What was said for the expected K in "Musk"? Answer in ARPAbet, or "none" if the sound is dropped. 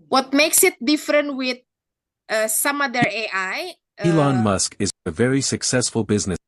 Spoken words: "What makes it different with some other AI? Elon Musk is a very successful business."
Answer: K